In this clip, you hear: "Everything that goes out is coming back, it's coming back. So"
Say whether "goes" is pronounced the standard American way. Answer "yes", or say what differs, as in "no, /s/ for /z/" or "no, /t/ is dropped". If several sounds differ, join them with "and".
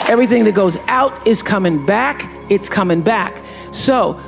yes